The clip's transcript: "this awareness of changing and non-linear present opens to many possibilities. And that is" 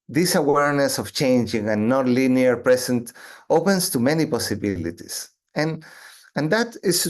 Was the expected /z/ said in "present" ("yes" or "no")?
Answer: no